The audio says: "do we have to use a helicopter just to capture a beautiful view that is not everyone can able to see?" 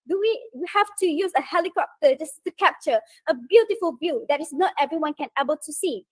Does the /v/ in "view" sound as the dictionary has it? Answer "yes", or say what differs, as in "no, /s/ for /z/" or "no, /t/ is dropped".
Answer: no, /b/ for /v/